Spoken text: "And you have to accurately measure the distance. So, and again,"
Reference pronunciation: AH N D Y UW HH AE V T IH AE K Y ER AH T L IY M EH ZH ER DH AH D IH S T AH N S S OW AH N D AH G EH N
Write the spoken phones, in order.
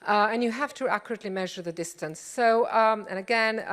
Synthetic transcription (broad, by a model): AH N Y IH HH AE F T IH AE K Y ER AH T L IY M EH ZH ER DH AH D IH S T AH N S S OW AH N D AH G EH N